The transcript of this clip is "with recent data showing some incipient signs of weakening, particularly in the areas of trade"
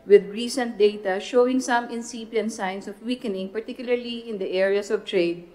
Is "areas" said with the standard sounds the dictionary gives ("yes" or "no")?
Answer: no